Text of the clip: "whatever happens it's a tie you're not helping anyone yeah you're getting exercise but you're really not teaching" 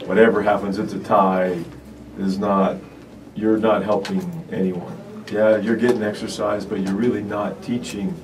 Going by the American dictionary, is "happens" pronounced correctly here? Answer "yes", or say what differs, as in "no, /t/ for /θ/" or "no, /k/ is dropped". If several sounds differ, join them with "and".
yes